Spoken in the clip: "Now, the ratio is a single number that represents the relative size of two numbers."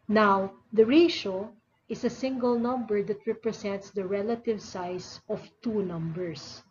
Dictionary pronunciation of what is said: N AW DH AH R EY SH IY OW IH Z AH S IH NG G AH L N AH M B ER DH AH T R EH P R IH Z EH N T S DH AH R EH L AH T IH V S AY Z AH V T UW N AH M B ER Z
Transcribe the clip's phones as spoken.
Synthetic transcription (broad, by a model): N AW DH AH R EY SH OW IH S AH S IH NG G AH L N AH M B ER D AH T R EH P R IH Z EH N T S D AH R EH L AH T IH V S AY S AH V T UW N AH M B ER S